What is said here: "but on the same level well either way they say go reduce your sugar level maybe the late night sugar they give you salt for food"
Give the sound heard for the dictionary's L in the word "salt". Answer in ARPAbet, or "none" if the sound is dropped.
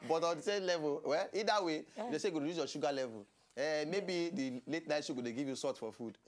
none